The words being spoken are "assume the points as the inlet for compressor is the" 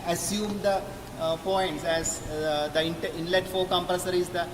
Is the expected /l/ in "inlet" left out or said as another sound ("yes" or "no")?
no